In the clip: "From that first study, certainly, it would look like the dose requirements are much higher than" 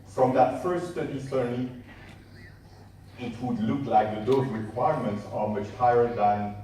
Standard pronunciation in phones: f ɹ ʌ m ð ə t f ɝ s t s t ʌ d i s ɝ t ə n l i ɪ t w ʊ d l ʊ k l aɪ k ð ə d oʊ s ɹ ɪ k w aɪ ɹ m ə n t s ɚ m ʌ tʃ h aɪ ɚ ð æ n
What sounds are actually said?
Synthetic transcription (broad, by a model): f ɹ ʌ m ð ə t f ɝ s t s t ʌ d i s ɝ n i ɪ t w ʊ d l ʊ k l aɪ k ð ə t oʊ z ɹ ɪ k w aɪ ɹ m ə n t s ɚ m ʌ tʃ h aɪ ɚ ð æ n